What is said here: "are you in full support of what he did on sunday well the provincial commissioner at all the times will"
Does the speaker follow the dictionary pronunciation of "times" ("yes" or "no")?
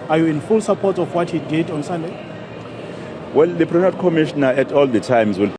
yes